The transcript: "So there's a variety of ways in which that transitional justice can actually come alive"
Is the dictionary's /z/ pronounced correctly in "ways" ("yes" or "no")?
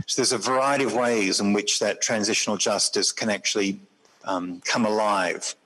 yes